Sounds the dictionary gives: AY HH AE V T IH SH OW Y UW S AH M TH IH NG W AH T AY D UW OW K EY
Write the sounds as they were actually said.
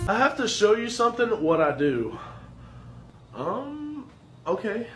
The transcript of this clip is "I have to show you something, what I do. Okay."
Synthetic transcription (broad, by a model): AY HH AE F T IH SH OW Y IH S AH M TH IH NG W AH T AY D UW OW K EY